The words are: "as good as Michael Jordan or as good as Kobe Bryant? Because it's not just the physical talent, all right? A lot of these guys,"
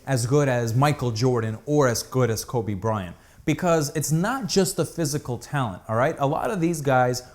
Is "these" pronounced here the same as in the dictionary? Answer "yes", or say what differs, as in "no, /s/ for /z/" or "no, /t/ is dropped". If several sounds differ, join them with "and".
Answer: yes